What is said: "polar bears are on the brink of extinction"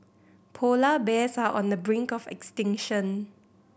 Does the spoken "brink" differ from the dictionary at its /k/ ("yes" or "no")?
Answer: no